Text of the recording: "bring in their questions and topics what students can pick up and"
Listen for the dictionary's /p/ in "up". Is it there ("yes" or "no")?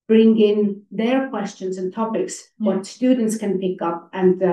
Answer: yes